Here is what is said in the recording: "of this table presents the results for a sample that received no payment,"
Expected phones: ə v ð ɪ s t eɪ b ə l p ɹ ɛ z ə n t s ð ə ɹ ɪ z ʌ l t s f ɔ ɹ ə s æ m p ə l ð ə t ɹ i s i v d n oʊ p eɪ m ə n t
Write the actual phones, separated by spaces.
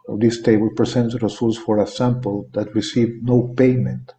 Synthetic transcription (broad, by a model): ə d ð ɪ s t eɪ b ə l p ɹ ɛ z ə n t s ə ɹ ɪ s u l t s f ɔ ɹ ə s æ m p ə l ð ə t ɹ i s i v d n oʊ p eɪ m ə n t